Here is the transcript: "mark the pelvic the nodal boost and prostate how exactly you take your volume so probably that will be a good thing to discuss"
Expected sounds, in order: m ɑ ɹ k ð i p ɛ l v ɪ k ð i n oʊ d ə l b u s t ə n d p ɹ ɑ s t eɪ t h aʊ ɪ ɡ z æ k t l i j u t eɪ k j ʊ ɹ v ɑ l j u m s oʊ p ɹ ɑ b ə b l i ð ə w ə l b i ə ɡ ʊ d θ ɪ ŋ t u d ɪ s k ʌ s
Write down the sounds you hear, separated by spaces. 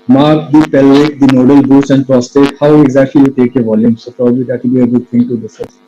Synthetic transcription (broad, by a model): m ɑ ɹ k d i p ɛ l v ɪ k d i n oʊ d ə l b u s ə n d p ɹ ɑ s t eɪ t h aʊ ɪ ɡ z æ k t l i j u t eɪ k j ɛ v ɑ l j u m s oʊ p ɹ ɑ b ə b l i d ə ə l b i ə ɡ ʊ d t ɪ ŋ t u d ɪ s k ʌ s